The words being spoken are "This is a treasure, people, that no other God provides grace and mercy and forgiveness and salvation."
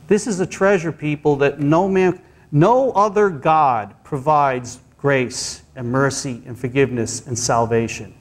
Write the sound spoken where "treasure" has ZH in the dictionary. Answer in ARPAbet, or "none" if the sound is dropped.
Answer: ZH